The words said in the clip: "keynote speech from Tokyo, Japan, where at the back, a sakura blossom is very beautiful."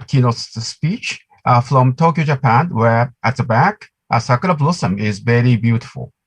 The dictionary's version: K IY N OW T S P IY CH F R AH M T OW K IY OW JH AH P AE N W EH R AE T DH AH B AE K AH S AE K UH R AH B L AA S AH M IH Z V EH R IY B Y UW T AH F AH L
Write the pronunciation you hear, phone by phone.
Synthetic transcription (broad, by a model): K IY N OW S S P IY CH F R AH M T OW K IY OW JH AH P AE N W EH R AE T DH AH B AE K AH S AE K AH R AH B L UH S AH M IH Z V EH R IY B Y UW T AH F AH L